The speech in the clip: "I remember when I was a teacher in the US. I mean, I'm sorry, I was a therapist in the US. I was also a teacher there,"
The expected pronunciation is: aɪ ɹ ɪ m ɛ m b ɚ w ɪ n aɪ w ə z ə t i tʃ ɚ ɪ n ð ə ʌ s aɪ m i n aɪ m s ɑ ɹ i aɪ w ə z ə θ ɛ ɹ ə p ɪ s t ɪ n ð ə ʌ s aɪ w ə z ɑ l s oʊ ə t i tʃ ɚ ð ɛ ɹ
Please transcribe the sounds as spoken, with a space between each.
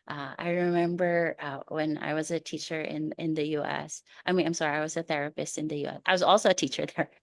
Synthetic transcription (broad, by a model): aɪ ɹ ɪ m ɛ m b ɚ w ɪ n aɪ w ə z ə t i tʃ ɚ ɪ n ð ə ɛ s aɪ m i n aɪ m s ɑ ɹ i aɪ w ə z ə θ ɛ ɹ ə p ɪ s t ɪ n ð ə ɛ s aɪ w ə z ɑ l s oʊ ə t i tʃ ɚ ð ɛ ɹ